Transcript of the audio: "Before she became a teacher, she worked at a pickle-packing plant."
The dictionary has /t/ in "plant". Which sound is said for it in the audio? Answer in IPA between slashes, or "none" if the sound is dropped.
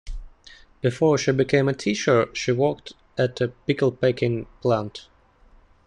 /t/